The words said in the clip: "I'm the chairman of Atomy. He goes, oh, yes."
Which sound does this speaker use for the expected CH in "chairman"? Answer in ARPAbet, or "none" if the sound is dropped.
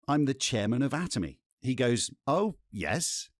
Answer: CH